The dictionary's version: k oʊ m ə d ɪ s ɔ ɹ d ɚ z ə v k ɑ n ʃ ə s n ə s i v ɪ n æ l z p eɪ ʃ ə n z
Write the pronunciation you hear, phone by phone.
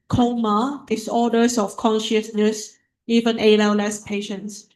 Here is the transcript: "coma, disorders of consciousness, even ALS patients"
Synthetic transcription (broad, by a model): k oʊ m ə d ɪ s ɔ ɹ d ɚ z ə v k ɑ n ʃ ə s n ə s i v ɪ n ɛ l s p eɪ ʃ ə n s